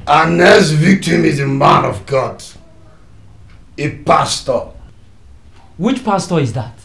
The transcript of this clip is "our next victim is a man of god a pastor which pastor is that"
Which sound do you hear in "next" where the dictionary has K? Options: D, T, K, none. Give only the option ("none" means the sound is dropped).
none